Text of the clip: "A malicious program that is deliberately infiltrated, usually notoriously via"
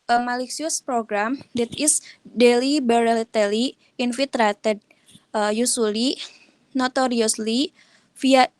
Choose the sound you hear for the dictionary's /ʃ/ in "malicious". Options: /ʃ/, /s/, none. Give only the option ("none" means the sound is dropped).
/s/